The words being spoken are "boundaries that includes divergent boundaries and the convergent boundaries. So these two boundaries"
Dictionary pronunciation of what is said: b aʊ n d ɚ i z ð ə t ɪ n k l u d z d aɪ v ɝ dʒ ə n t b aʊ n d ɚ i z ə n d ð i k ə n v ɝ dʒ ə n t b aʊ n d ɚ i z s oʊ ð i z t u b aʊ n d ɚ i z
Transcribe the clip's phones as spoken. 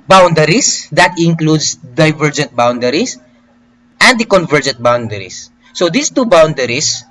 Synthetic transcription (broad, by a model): b aʊ n d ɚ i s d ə t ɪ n k l u d s d aɪ v ɝ dʒ ə n t b aʊ n d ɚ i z ə n d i k ə n v ɝ dʒ ə n t b aʊ n d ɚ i s oʊ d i s t u b aʊ n d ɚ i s